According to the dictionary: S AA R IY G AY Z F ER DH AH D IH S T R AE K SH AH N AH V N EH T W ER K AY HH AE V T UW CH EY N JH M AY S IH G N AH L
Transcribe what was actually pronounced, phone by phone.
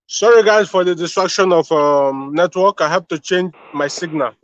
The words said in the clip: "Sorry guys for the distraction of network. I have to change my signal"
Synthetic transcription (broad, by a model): S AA R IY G AY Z F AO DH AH D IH S T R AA K SH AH N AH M N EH T W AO K AY HH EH P T UW CH EY N JH M AY S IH G N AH L